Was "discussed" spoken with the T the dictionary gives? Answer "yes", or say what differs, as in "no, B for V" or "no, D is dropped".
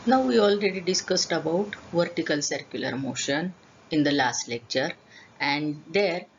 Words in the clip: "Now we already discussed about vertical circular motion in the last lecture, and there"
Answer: yes